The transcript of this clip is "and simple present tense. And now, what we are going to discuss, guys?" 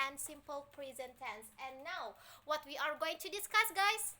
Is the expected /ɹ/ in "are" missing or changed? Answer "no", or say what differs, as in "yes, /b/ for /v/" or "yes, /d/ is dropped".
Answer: no